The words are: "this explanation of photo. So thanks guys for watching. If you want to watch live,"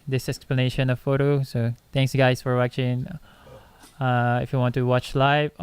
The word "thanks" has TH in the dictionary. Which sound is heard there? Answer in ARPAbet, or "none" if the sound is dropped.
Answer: T